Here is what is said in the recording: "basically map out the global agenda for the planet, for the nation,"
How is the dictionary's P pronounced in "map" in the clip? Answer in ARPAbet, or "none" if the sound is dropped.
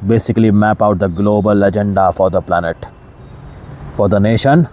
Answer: P